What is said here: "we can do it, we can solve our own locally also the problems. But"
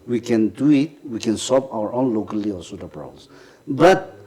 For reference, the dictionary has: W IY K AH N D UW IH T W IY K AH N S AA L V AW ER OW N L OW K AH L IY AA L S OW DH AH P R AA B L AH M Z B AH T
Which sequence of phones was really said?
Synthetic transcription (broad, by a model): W IY K AH N D UW IH T W IY K AH N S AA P AW ER OW N L OW K AH L IY AA L S OW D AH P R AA L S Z B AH T